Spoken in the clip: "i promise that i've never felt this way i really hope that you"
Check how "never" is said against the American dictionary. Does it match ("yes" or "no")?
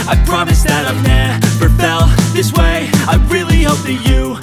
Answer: no